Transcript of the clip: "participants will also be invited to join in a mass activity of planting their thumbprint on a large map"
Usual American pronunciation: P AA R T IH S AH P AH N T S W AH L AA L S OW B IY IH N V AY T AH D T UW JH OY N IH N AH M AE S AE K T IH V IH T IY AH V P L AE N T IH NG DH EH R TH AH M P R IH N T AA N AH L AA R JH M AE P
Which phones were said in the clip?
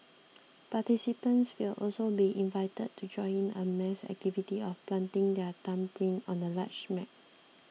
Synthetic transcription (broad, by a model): P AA T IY S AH P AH N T S W AH L AA L S OW B IY IH N V AY T AH D T UW JH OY IH N AH M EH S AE K T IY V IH T IY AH F P L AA N T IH NG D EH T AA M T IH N AA N AH L AA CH M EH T